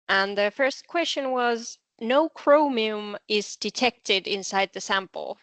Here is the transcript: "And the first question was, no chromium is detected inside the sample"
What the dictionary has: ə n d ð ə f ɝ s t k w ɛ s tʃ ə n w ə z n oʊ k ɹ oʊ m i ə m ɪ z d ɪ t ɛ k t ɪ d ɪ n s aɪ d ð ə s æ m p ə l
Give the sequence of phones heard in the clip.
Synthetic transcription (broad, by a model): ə n ð ə f ɝ s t k w ɛ s tʃ ə n w ə z n oʊ k ɹ oʊ m i ə m ɪ z d ɪ t ɛ k t ɪ d ɪ n s aɪ d ð ə s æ m p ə l